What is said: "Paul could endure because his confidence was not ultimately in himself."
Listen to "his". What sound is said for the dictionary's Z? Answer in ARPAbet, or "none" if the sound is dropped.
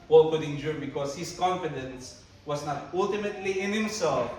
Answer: S